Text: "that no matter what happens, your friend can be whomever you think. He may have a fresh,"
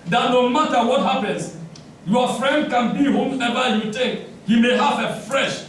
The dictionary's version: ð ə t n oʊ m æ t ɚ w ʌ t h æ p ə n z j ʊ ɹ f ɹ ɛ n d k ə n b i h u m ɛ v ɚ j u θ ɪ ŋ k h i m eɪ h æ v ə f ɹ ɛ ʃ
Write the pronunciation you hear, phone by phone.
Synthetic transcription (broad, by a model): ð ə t n oʊ m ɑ t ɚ w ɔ t h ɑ p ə n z j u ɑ f ɹ ɛ n d k ə n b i h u m ɛ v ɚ j u t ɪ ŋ k h i m eɪ h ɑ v ə f ɹ ɛ ʃ